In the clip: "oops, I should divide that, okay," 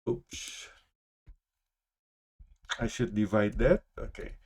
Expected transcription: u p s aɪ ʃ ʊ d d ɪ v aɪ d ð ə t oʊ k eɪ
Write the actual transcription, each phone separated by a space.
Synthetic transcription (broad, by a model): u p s aɪ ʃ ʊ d d ɪ v aɪ d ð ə t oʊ k eɪ